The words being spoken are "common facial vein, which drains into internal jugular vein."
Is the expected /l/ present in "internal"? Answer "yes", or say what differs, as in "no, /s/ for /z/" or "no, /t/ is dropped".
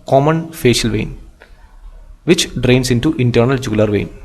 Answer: yes